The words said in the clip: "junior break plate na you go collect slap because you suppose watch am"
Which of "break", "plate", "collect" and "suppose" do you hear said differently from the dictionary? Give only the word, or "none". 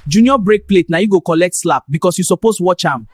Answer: suppose